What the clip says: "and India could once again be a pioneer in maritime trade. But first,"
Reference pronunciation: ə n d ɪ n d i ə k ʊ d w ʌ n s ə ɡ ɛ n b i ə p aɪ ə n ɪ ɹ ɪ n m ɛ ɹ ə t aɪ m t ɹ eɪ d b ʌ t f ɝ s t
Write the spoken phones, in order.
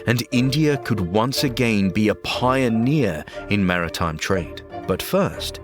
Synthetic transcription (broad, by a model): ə n ɪ n d i ə k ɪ d w ʌ n s ə ɡ ɛ n b i ə p aɪ ə n ɪ ɹ ɪ n m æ ɹ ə t aɪ m t ɹ eɪ d b ʌ t f ɝ s t